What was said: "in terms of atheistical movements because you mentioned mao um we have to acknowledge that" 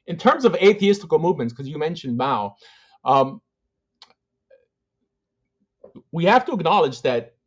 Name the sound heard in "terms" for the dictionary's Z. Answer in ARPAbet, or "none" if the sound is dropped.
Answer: Z